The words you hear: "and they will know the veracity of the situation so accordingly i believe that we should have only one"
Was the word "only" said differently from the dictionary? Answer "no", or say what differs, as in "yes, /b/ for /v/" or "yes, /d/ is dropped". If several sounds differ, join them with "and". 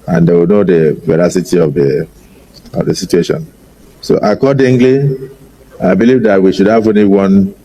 yes, /l/ is dropped